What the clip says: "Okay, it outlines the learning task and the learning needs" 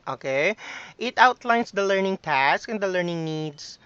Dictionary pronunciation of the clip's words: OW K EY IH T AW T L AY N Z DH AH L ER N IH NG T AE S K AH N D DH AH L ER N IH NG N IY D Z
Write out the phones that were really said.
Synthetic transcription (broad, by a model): OW K EY IH T AW T L AY N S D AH L ER N IH NG T AE S K AH N D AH L ER N IH NG N IY D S